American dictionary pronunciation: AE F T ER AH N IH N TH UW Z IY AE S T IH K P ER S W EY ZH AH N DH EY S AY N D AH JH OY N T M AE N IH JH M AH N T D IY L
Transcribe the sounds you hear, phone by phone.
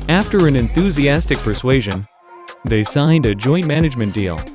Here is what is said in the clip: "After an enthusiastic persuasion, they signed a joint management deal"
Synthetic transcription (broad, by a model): AE F T ER AH N IH N TH UW Z IY AE S T IH K P ER S W EY ZH AH N DH EY S AY N D AH JH OY N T M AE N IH JH M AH N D IY L